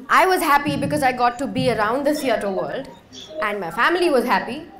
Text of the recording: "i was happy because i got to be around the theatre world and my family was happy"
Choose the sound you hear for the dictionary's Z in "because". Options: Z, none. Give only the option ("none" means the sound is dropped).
Z